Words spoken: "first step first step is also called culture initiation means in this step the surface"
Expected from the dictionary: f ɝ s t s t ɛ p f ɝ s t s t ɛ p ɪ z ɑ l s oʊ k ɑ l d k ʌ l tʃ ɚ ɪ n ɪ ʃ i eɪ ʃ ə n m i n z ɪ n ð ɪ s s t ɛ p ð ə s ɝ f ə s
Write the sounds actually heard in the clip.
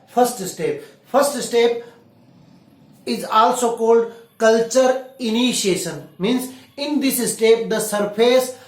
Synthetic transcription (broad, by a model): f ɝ s t s t ɛ p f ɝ s t s t ɛ p ɪ z ɑ l s oʊ k ɑ l d k ʌ l tʃ ɚ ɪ n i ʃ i eɪ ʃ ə n m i n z ɪ n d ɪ s s t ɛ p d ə s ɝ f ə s